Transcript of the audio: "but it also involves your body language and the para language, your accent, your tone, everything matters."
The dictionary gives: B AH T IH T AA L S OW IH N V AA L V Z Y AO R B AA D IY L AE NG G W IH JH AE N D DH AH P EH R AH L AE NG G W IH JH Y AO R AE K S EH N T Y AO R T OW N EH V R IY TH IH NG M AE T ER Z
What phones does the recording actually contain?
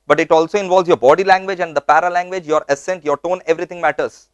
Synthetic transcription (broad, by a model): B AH T IH T AA L S OW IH N V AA L V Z Y AO R B AA D IY L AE NG G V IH JH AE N D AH P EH R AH L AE NG G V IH JH Y AO R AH S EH N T Y AO R T OW N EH V R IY T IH NG M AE T ER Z